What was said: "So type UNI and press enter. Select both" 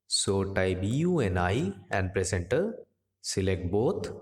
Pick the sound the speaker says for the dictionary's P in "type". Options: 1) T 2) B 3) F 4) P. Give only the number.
2